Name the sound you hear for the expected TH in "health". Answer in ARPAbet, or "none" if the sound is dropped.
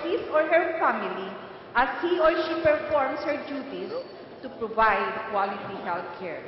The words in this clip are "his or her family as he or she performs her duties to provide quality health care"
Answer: T